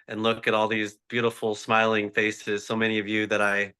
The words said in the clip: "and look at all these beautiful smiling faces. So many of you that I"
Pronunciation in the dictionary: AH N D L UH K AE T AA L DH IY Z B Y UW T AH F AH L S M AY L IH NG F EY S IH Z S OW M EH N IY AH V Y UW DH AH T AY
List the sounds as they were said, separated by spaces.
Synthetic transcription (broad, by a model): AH N L UH K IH T AA L DH IY Z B Y UW T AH F L S M AY L IH NG F EY S IH Z S OW M EH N IY AH V Y UW DH AH T AY